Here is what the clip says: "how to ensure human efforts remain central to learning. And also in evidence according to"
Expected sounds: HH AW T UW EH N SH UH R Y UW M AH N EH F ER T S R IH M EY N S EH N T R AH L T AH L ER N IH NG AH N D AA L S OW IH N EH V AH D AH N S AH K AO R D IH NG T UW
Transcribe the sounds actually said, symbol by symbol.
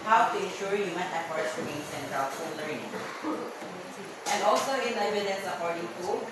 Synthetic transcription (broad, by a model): HH AW T UW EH N SH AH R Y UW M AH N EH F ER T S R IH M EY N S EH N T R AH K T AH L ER IH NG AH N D AA L S OW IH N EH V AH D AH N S AH K AO R D IH NG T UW